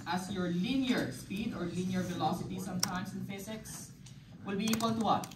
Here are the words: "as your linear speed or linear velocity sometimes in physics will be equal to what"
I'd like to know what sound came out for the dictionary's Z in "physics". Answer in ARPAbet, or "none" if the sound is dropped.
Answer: S